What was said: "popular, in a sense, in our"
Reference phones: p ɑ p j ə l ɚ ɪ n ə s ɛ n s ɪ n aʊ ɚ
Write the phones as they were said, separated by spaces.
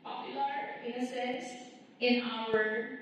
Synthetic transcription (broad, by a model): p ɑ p j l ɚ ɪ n ə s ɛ s ɪ n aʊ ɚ